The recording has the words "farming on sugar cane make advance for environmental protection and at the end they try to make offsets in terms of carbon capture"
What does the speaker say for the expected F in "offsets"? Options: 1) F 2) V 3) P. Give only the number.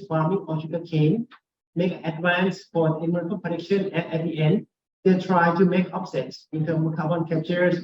3